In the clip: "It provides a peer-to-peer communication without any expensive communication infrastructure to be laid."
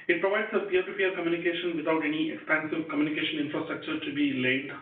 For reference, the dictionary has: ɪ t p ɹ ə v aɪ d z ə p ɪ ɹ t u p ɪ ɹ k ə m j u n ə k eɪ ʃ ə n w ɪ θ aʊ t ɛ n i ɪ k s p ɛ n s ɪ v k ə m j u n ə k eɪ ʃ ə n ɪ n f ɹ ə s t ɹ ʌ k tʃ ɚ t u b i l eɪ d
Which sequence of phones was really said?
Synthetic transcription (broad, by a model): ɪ t p ɹ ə v aɪ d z ə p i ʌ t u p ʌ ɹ k ə m j u n ə k eɪ ʃ ə n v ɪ t aʊ t ɛ n i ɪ k s p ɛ n s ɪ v k ə m j u n ə k eɪ ʃ ə n ɪ n f ɹ ə s t ɹ ʌ k tʃ ɚ t u b i l eɪ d